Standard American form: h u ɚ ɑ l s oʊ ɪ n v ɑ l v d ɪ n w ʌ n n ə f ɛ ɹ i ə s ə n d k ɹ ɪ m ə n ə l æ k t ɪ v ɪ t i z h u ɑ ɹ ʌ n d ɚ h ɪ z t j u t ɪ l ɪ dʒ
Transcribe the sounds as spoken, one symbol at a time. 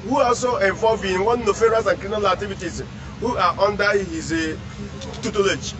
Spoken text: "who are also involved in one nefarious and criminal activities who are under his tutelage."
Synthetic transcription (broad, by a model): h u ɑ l s oʊ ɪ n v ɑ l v ɪ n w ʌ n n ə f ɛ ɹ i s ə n k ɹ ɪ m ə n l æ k t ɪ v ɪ t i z h u ɑ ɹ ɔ n d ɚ h ɪ z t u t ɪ l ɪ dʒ